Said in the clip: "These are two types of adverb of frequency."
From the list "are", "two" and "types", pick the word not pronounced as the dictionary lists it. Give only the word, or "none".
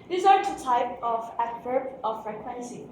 types